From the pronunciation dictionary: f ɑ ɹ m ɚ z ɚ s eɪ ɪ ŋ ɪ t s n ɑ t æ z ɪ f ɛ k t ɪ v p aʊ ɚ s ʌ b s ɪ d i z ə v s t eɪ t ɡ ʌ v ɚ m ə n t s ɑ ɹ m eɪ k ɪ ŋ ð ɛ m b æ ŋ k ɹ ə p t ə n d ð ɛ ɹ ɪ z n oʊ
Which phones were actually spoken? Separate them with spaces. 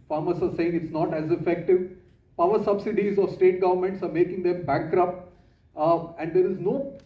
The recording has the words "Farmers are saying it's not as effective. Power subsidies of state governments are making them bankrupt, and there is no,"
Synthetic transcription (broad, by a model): f ɑ ɹ m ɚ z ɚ s eɪ ɪ ŋ ɪ t s n ɑ t æ z ɪ f ɛ k t ɪ v p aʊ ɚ s ʌ b s ɪ d i z ə v s t eɪ t ɡ ʌ v ɚ m ə n t s ɑ ɹ m eɪ k ɪ ŋ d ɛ m b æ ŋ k ɹ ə p ə n d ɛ ɹ ɪ z n oʊ